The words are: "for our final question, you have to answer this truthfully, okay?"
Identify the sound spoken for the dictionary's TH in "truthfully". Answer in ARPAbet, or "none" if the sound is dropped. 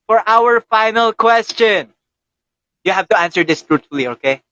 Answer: T